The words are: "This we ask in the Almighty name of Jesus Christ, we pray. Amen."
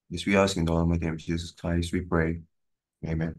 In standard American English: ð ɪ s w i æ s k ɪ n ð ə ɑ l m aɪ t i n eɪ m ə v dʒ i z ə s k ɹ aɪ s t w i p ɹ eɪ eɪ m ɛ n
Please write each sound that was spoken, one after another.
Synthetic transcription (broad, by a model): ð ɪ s w i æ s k ɪ n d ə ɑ m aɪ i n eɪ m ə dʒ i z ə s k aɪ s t w i p ɹ eɪ eɪ m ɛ n